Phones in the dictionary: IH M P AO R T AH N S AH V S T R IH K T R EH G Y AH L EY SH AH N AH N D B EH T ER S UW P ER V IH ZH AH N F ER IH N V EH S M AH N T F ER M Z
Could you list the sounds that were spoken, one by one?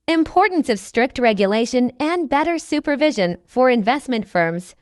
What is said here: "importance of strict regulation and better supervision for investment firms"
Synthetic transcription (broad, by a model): IH M P AO R T N S AH V S T R IH K T R EH G Y AH L EY SH AH N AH N B EH T ER S UW P ER V IH ZH AH N F ER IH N V EH S M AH N T F ER M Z